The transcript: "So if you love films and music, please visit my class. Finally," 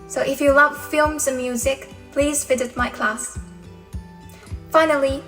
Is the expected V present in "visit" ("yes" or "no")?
no